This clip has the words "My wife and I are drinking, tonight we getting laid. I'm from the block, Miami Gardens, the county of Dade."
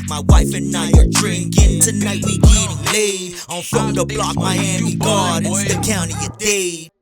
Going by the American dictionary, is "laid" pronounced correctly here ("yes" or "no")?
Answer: no